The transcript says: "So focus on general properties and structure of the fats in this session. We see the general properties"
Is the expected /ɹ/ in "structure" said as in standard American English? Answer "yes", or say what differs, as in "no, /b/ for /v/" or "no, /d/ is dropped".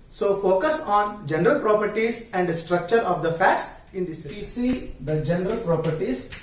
yes